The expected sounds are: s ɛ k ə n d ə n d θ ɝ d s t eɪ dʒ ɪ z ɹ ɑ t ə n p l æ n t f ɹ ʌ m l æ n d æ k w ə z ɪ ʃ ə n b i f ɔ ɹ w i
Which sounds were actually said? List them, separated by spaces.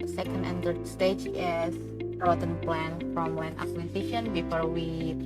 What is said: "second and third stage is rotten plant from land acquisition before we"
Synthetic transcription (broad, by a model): s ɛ k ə n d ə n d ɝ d s t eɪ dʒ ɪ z ɹ ɑ t ə n p l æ n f ɹ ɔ m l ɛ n ɑ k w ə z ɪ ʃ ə n b i f ɔ ɹ w i